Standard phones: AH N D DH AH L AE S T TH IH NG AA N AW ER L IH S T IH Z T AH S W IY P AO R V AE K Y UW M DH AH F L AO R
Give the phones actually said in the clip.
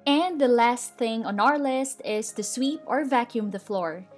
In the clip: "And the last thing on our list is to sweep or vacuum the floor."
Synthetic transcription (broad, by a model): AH N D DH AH L AE S T TH IH NG AA N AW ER L IH S T IH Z T AH S W IY P AO R V AE K Y UW M DH AH F L AO R